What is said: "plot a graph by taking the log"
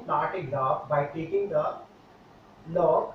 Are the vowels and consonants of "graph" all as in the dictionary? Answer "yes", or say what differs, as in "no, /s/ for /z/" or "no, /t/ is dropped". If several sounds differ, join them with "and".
no, /p/ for /f/